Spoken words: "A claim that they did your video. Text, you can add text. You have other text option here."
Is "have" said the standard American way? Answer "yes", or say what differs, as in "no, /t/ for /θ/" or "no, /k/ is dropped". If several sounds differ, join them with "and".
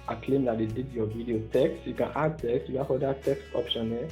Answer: no, /f/ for /v/